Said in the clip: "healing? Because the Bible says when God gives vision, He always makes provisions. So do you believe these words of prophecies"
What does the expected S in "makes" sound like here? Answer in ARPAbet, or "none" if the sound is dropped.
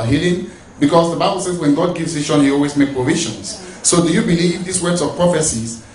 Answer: none